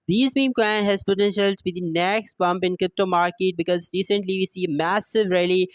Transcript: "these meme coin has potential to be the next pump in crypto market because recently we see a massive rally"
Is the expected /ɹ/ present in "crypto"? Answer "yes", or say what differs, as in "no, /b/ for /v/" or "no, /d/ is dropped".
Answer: yes